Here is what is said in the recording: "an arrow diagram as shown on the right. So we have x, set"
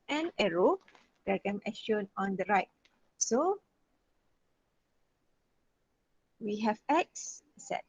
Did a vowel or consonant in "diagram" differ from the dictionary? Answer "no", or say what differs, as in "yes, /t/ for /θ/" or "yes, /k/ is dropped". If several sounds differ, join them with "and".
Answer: yes, /ɹ/ is dropped